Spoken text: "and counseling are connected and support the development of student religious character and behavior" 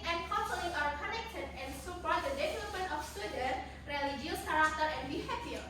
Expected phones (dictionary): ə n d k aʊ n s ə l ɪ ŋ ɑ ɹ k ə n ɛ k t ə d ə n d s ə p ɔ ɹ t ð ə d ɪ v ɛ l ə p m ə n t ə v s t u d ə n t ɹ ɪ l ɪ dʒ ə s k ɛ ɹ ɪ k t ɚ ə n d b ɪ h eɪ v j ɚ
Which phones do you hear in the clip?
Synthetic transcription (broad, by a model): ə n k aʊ s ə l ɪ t ɑ ɹ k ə n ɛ k t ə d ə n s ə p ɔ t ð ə d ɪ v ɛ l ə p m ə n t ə f s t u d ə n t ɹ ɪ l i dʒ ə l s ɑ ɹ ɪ t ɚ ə n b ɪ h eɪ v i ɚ